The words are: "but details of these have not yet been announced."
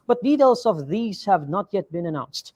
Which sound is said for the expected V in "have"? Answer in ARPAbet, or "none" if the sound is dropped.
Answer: V